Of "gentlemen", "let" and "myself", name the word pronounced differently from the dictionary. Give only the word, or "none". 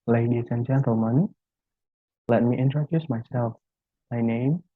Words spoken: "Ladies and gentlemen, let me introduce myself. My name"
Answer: gentlemen